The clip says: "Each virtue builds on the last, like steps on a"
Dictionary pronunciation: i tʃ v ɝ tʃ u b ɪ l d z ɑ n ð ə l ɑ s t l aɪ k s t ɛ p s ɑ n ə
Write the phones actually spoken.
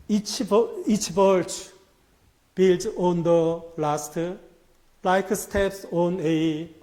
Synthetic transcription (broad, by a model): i tʃ b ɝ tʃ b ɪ l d ɑ n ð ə l ɑ s t l aɪ k s t ɛ p s ɑ n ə